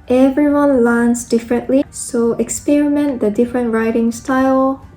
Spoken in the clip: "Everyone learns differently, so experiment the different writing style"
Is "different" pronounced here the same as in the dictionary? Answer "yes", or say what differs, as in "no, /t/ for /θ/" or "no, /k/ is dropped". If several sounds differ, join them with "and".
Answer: yes